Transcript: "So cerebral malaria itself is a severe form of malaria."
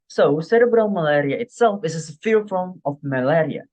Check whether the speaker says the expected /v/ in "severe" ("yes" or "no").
no